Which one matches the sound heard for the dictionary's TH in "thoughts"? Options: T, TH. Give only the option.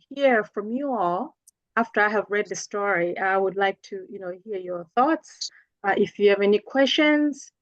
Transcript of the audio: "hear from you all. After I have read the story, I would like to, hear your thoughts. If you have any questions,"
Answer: TH